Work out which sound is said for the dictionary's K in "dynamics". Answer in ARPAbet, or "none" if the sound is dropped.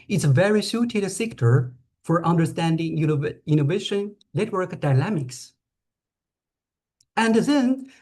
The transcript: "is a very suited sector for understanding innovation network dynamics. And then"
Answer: K